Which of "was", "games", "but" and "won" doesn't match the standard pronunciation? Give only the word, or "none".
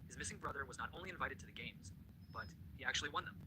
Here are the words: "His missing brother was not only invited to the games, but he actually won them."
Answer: none